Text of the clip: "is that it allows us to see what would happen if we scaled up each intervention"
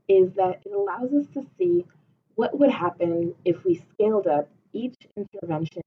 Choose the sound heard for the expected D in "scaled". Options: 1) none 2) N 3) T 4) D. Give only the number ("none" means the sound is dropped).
4